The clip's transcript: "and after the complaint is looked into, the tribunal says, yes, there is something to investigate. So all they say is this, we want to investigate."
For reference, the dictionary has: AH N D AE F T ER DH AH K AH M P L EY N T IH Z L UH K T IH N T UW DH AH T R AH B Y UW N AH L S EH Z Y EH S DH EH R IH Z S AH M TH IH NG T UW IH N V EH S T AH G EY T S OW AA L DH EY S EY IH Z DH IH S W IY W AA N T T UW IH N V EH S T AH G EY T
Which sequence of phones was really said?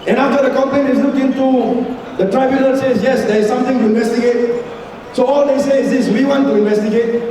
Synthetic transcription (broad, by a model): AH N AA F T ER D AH K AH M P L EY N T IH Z L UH K IH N T UW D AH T R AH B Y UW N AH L S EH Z Y EH S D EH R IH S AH M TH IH NG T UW IH N V EH S T AH G EY T S OW AA L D EY S EY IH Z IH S W IY W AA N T T UW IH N V EH S T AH G EY T